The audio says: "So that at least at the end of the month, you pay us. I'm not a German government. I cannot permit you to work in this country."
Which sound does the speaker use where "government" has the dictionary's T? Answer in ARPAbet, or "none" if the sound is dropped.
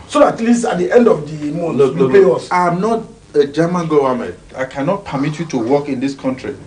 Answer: none